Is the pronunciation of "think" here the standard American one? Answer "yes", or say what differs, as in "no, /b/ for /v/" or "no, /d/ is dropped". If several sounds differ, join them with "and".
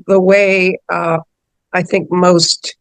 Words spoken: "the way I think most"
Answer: yes